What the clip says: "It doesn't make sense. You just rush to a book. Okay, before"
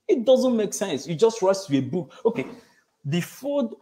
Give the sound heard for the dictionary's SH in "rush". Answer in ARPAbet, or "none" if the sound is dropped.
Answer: S